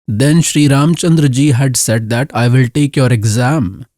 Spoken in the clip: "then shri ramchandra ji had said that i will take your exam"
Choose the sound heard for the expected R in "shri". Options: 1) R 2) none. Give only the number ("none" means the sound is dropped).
1